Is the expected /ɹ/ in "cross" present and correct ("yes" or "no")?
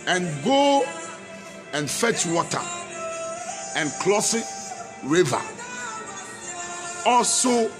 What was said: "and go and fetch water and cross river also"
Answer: no